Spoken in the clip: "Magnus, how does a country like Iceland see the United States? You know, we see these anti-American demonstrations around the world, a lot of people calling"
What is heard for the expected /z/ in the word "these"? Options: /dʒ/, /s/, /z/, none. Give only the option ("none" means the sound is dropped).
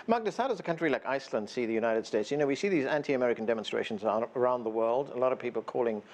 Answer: /z/